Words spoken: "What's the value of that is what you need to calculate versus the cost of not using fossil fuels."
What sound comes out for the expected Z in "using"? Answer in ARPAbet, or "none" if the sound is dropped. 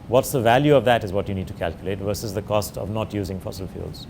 Z